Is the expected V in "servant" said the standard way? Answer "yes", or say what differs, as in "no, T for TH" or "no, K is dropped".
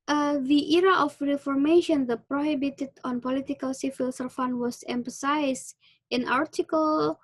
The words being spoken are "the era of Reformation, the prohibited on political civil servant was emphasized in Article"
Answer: no, F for V